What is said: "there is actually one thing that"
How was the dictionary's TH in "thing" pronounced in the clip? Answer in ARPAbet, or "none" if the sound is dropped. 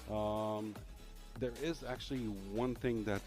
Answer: TH